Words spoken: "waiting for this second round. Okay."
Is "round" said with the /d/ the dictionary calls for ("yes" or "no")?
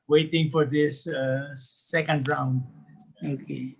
yes